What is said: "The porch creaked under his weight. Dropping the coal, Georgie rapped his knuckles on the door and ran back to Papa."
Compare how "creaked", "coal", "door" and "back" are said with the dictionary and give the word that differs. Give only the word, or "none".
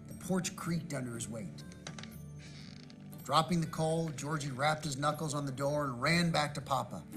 none